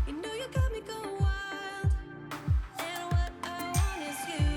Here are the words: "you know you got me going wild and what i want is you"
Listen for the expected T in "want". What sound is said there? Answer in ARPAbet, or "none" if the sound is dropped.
none